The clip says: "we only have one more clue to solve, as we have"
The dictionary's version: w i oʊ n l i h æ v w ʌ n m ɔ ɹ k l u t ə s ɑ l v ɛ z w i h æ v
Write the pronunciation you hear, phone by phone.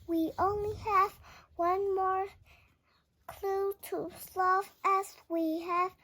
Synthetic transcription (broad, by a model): w i oʊ n l i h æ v w ʌ n m ɔ ɹ k l u t ə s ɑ v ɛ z w i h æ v